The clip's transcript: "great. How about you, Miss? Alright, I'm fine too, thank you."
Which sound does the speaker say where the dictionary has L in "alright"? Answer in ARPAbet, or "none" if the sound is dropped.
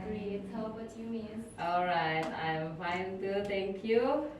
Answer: L